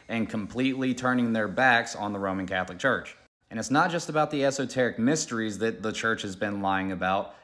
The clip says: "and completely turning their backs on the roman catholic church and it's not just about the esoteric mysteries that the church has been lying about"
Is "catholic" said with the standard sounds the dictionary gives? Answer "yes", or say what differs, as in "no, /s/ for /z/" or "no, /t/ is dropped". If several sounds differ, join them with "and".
yes